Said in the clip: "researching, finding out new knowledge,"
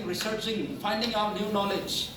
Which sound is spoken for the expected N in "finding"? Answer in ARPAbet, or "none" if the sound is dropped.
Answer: N